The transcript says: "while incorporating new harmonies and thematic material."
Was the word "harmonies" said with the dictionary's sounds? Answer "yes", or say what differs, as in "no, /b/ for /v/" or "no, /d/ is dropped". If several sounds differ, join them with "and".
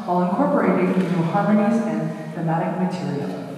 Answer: no, /m/ is dropped and /s/ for /z/